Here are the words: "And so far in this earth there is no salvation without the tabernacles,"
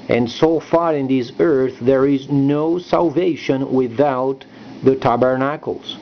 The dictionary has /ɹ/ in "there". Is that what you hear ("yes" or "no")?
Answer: yes